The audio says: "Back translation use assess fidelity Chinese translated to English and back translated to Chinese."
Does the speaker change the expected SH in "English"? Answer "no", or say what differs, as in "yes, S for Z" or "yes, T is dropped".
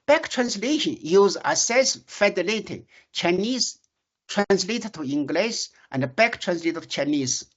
yes, S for SH